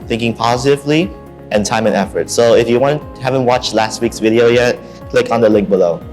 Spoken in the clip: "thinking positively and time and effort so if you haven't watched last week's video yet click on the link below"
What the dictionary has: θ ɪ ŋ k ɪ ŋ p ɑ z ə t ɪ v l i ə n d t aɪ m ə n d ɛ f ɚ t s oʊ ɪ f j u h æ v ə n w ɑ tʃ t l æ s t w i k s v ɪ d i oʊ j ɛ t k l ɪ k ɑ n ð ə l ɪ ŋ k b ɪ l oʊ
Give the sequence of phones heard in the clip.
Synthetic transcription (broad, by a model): θ ɪ ŋ k ɪ ŋ p ɑ z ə t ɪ v l i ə n t aɪ m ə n ɛ f ɚ t s oʊ ɪ f j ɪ h æ v ə n w ɑ tʃ t l æ s t w i k s v ɪ d i oʊ j ɛ t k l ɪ k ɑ n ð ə l ɪ ŋ k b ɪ l oʊ